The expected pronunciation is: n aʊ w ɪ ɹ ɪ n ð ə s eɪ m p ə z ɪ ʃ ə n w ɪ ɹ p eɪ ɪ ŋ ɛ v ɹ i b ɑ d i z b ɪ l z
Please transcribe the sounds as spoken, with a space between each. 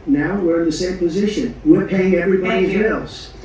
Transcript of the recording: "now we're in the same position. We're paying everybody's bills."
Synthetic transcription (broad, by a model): n aʊ w ɪ ɹ ɪ n ð ə s eɪ m p ə z ɪ ʃ ə n w ɪ ɹ p eɪ ɪ ŋ ɛ v ɹ i b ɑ d i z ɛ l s